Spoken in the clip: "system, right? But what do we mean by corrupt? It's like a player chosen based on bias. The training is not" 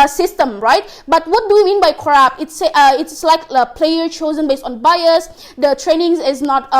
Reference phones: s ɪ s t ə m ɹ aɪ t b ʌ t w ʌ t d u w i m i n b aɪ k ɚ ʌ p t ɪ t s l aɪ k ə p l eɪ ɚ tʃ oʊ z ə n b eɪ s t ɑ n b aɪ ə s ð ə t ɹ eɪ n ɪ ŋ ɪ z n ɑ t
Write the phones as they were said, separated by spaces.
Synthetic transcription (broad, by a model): s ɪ s t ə m ɹ aɪ t b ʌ t w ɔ t d u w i m i n b aɪ k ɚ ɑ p t ɪ t s l aɪ k ə p l eɪ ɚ tʃ oʊ z ə n b eɪ s t ɑ n b aɪ ə s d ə t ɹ eɪ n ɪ ŋ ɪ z n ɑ t